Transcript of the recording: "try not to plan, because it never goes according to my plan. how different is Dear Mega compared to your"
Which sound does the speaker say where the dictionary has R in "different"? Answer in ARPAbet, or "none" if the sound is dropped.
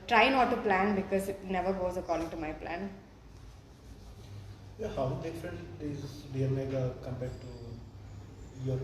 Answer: none